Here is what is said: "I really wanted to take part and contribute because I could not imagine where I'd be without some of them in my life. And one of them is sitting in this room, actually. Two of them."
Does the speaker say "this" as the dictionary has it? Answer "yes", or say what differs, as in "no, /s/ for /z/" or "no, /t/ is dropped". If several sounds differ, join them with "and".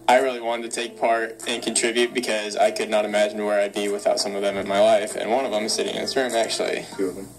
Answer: no, /s/ is dropped